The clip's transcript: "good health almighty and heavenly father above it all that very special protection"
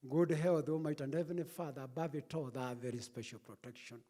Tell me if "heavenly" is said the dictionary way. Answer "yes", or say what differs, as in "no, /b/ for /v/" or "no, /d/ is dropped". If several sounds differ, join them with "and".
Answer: no, /l/ is dropped